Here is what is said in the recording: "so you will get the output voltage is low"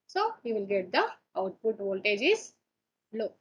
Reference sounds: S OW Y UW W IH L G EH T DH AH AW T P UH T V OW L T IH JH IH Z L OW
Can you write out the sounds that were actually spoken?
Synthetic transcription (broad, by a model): S OW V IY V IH L G EH T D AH AW T P UH T V OW L T IH JH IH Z L OW